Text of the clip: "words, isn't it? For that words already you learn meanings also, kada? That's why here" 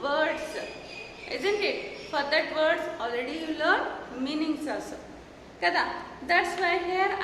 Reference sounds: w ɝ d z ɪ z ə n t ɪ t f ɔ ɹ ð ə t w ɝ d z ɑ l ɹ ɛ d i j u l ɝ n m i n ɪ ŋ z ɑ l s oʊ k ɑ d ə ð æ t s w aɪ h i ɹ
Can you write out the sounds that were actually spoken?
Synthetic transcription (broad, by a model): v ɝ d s ɪ z ə n t ɪ t f ɔ ɹ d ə t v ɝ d s ɑ l ɹ ɛ d i j u l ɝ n m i n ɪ ŋ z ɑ s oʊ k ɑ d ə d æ t s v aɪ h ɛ ɹ